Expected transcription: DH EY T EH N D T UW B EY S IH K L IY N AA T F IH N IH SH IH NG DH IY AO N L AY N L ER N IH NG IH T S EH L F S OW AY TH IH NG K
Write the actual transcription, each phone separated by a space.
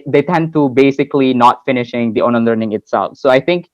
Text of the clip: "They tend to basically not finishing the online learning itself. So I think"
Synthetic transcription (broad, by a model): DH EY T EH N D T UW B EY S IH K L IY N AA T F IH N IH SH IH NG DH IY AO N AY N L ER N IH NG IH T S EH L F S OW AY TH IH NG K